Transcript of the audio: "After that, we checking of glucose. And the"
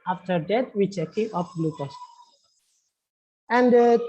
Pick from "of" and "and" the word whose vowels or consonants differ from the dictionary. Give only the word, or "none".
of